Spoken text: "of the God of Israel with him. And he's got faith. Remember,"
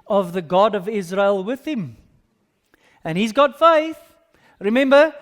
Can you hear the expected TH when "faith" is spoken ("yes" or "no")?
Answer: yes